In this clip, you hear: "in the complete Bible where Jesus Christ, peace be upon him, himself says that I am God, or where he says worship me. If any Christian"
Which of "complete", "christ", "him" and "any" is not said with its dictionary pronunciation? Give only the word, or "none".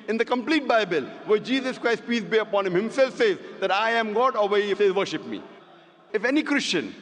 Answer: none